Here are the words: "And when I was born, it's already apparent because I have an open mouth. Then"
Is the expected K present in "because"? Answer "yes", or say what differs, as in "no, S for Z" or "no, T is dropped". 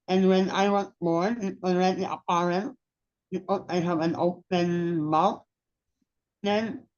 no, K is dropped